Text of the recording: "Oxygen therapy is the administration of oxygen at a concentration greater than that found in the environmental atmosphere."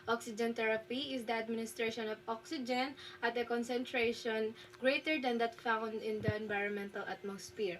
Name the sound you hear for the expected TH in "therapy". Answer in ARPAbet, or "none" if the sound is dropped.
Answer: T